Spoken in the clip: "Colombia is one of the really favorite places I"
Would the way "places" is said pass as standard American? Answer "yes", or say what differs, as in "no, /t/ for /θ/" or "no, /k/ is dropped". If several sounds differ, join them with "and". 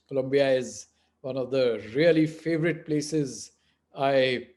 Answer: yes